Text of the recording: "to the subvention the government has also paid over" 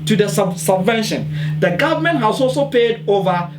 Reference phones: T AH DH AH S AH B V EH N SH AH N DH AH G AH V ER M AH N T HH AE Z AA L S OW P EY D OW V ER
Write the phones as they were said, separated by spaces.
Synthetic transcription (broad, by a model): T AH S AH S AH B V EH N SH AH N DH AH G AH V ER M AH N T HH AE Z AA L S OW P EY D OW V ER